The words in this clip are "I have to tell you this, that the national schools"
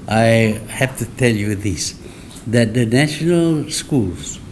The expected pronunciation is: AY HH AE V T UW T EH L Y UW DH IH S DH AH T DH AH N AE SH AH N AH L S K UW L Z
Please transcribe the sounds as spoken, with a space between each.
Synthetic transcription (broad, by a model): AY HH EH F T UW T EH L Y UW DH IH S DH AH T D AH N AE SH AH N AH L S K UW L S